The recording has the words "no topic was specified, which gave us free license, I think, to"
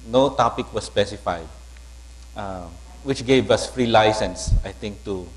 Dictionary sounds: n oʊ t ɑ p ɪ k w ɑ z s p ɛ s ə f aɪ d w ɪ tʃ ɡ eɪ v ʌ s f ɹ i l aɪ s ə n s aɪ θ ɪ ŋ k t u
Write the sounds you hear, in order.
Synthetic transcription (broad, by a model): n oʊ t ɑ p ɪ k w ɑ s p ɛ s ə f aɪ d w ɪ tʃ ɡ eɪ v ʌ s f ɹ i l aɪ s ə n s aɪ t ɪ ŋ k t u